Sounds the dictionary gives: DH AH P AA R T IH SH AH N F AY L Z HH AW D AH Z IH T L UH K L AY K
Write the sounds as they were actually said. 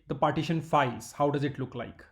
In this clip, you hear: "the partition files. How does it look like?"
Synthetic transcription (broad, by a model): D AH P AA R T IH SH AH N F AY Z HH AW D AH Z IH T L UH K L AY K